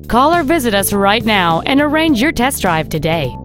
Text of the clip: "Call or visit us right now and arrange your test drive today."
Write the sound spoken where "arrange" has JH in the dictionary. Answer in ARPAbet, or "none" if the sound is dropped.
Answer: JH